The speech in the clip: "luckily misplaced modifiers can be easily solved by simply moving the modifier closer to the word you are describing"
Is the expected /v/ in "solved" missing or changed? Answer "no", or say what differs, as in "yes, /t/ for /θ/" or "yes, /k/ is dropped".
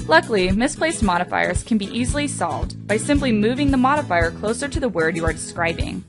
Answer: no